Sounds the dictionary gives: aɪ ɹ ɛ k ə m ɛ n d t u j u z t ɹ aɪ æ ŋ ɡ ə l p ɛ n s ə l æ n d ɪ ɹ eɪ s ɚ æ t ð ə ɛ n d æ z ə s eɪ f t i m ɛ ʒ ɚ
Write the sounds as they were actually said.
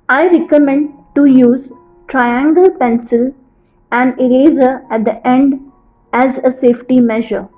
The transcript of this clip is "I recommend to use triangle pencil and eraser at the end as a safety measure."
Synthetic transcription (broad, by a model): aɪ ɹ ɛ k ə m ɛ n d t u j u z t ɹ aɪ æ ŋ ɡ ə l p ɛ n s ə l æ n d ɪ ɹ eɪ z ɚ æ t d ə ɛ n d æ z ə s eɪ f t i m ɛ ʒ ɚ